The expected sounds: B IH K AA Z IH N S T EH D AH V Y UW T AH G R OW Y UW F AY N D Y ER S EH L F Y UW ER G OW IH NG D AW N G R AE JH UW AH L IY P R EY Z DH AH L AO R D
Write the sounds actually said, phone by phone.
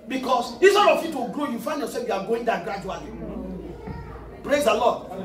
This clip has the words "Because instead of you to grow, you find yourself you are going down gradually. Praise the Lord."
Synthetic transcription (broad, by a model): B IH K AA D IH S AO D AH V Y UW T AH G R OW Y UW F AY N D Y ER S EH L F Y UW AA G OW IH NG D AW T G R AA JH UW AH L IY P R EY Z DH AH L AO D